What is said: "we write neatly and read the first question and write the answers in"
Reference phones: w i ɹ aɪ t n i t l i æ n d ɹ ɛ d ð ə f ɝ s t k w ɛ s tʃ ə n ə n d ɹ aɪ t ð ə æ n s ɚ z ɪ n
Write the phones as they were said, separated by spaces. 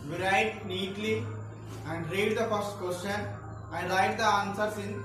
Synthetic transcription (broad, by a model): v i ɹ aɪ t n i t l i æ n d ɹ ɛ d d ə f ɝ s t k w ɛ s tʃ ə n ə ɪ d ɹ aɪ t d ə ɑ n s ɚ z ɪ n